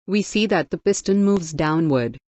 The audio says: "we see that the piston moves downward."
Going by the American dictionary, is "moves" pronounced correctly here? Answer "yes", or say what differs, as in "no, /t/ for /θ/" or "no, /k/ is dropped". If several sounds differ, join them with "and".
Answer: yes